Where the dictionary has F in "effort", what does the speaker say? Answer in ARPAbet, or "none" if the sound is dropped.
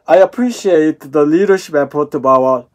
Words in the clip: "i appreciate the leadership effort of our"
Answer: P